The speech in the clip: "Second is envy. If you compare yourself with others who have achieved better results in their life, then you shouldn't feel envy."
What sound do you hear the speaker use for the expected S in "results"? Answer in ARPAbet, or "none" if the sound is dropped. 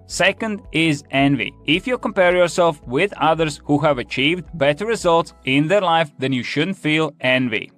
S